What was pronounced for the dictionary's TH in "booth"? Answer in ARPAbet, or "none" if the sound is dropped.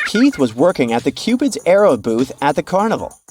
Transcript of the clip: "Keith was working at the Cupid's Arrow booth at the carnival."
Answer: TH